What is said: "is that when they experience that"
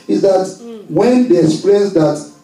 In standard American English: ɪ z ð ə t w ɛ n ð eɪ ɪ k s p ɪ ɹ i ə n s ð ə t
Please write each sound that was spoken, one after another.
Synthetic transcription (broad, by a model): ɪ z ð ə t w ɛ n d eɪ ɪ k s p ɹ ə s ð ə t